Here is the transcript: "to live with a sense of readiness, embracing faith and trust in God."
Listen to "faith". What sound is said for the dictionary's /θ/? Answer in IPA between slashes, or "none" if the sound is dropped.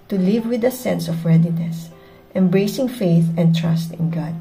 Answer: /θ/